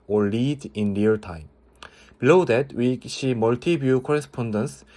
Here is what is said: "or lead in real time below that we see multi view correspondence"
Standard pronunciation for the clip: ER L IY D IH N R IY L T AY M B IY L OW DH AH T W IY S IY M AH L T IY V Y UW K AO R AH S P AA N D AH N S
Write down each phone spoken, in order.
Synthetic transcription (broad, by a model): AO L IY D IH N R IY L T AY M B IY L OW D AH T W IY SH IY M AH L T IY B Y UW K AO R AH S P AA N D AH N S